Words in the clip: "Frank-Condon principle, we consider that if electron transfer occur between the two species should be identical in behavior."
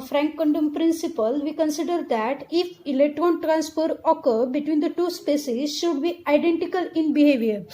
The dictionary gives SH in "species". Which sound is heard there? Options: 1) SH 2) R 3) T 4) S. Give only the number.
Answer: 4